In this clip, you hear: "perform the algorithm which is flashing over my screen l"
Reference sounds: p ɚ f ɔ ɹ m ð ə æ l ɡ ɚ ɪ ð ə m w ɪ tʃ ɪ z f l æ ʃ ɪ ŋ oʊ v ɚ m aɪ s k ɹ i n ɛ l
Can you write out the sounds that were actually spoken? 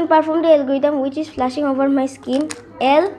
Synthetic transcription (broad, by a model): p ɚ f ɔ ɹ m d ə l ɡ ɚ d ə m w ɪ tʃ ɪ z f l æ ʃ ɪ ŋ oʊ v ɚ m aɪ s k i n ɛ l